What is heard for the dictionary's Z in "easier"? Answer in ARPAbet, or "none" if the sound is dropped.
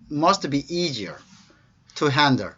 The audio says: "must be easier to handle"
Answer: Z